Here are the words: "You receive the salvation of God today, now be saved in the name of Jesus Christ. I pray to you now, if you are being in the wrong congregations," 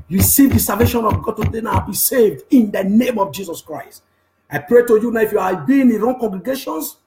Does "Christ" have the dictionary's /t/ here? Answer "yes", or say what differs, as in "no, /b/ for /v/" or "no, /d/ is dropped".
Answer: yes